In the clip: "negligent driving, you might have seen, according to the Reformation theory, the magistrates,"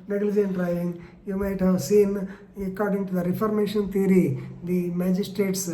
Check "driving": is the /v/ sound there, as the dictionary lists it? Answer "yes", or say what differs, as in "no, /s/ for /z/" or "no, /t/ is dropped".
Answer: no, /v/ is dropped